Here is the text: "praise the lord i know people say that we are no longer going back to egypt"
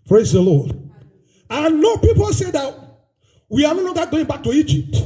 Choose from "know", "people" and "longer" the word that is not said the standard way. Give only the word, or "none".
longer